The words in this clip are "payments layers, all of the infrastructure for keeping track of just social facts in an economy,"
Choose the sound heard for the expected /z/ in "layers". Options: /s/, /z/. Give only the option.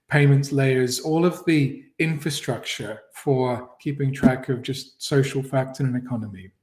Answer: /z/